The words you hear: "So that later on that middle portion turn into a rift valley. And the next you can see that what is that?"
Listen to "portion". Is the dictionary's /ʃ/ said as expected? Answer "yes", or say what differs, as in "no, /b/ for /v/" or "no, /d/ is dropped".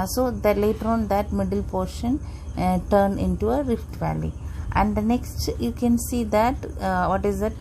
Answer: yes